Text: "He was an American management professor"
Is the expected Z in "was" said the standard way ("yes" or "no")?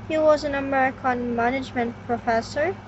yes